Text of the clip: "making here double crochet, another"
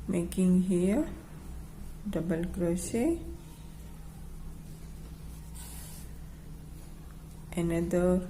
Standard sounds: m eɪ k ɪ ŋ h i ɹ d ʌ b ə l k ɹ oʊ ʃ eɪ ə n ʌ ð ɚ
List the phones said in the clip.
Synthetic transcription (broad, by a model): m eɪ k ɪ ŋ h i d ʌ b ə l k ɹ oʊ s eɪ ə n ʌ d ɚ